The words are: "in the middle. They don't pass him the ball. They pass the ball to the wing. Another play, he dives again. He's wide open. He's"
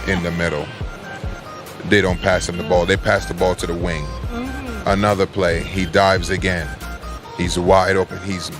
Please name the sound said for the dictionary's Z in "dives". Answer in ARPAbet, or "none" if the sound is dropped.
Z